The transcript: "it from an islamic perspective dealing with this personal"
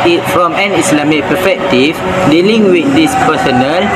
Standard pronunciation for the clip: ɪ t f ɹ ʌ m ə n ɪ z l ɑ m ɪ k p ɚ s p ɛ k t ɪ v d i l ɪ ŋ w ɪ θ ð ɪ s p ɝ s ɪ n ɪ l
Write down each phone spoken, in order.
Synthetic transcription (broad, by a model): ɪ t f ɹ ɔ m ə n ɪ s l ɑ m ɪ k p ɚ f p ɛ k t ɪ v d i l ɪ ŋ w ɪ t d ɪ s p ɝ s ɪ n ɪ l